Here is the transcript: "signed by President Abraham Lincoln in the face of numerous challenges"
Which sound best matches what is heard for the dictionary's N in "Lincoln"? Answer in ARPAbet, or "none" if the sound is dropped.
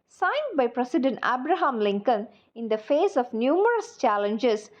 N